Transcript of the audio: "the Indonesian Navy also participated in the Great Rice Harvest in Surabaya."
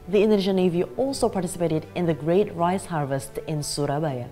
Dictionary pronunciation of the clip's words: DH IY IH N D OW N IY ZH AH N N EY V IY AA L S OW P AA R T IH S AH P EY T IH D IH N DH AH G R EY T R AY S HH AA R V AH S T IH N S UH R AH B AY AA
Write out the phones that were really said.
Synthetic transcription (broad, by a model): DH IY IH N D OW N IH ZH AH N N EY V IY AA L S OW P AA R T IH S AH P EY T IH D IH N DH AH G R EY T R AY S HH AA R V AH S T IH N S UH R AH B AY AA